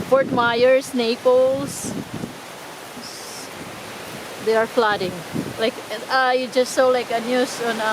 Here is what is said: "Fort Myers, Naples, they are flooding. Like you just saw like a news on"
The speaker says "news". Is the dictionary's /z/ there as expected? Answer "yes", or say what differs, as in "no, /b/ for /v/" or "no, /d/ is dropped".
no, /s/ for /z/